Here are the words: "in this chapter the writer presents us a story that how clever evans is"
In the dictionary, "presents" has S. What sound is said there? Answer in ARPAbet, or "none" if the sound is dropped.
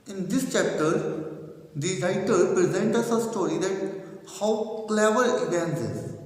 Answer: none